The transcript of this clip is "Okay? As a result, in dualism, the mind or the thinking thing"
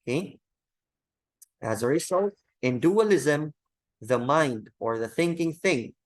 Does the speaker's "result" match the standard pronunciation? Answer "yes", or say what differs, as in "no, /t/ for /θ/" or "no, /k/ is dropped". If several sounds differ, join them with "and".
no, /s/ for /z/